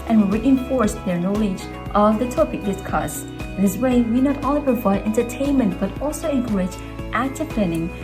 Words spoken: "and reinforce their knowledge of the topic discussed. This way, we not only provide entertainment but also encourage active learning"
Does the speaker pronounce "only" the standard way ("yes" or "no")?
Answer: no